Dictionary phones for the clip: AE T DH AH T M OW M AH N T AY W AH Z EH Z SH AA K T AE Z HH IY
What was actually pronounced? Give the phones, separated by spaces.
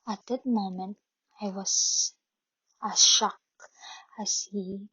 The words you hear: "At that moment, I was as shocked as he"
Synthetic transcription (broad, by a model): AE T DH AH T M OW M AH N T AY W AH Z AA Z SH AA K AE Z HH IY